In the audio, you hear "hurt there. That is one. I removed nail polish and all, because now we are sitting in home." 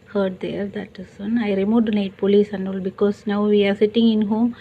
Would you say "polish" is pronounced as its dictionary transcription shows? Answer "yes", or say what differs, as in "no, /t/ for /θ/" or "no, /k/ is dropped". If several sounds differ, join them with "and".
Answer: no, /s/ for /ʃ/